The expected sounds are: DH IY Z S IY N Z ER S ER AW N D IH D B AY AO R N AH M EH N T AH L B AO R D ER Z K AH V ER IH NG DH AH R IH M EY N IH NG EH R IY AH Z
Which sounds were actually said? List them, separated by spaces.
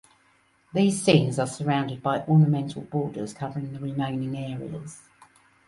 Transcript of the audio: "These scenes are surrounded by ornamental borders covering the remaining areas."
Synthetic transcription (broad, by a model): DH IY Z S IY N Z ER S ER AW N D IH D B AY AO N AH M EH N T AH L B AO D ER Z K AH V ER IH NG DH AH R IH M EY N IH NG EH R IY AH Z